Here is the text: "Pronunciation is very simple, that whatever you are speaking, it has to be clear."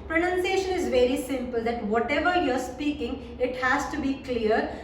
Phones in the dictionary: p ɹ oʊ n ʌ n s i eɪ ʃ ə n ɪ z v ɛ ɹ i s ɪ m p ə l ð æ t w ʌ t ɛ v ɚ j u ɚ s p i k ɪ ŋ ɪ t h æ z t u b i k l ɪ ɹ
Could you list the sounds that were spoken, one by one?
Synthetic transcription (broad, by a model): p ɹ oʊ n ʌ n s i eɪ ʃ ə n ɪ z v ɛ ɹ i s ɪ m p ə l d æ t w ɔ t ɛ v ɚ j u ɚ s p i k ɪ ŋ ɪ t h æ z t u b i k l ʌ ɹ